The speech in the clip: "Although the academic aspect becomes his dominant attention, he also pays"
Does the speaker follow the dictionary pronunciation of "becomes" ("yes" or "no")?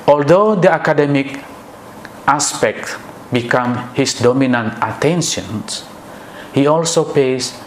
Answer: no